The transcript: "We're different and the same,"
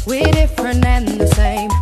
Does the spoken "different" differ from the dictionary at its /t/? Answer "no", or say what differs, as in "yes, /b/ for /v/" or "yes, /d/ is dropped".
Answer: yes, /t/ is dropped